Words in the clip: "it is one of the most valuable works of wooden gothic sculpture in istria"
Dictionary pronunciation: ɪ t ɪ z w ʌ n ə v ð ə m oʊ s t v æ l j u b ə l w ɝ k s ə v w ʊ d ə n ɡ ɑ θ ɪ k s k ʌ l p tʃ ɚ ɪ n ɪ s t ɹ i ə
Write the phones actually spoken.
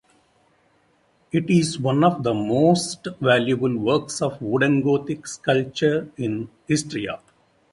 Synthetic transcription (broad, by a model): ɪ t ɪ z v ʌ n ə v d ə m oʊ s t v æ l j u b ə l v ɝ k s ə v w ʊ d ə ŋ ɡ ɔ t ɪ k s k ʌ l tʃ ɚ ɪ n ɪ s t ɹ i ə